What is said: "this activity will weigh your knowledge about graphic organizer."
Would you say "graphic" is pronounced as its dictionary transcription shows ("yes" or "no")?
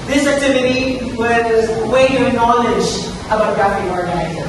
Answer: no